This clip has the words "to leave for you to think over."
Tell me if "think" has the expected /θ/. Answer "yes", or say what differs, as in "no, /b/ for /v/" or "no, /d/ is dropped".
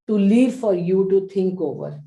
no, /t/ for /θ/